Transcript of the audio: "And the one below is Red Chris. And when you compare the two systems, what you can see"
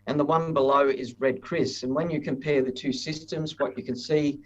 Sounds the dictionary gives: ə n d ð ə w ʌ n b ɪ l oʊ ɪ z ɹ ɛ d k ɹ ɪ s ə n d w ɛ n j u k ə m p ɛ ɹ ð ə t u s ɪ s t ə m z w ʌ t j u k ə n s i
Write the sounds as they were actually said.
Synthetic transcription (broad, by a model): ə n ð ə w ʌ n b ɪ l oʊ ɪ z ɹ ɛ d k ɹ ɪ s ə n w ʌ n j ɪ k ə m p ɛ ɹ ð ə t u s ɪ s t ə m z w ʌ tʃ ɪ k ə n s i